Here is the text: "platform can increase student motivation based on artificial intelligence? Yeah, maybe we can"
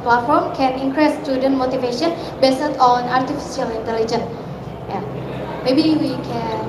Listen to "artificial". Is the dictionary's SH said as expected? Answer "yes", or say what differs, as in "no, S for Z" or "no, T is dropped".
no, S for SH